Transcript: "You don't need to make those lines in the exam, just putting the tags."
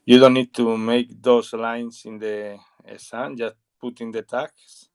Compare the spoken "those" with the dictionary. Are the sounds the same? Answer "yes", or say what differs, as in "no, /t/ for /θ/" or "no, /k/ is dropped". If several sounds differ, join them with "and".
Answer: no, /s/ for /z/